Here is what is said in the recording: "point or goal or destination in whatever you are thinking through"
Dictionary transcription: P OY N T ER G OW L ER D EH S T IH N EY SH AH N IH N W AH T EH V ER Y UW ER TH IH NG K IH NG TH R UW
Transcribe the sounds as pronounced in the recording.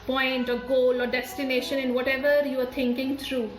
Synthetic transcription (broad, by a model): P OY N T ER G OW L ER D EH S T IH N EY SH AH N IH N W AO T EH V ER Y UW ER T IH NG K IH NG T R UW